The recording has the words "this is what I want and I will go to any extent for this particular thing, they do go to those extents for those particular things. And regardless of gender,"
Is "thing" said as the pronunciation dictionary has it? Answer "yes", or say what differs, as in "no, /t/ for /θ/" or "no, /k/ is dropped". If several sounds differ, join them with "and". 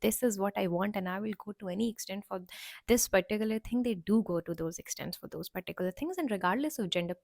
no, /t/ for /θ/